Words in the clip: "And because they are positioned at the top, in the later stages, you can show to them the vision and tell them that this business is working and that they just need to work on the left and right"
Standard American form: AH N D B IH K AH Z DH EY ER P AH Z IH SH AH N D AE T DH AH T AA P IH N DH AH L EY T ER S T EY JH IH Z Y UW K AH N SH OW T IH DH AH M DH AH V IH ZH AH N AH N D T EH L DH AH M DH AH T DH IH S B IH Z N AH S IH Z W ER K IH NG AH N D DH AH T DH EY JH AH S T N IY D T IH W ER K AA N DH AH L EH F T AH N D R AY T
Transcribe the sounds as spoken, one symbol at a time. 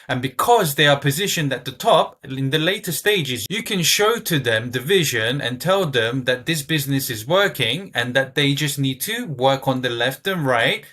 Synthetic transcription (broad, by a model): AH N B IH K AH Z DH EY ER P AH Z IH SH AH N D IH T DH AH T AA P IH N DH AH L EY T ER S T EY JH IH Z Y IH K AH N SH OW T IH DH AH M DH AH V IH ZH AH N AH N T EH L DH AH M DH AH T DH IH S B IH Z N AH S IH Z W ER K IH NG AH N DH AH T DH EY JH AH S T N IY D T IH W ER K N DH AH L EH F T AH N R AY T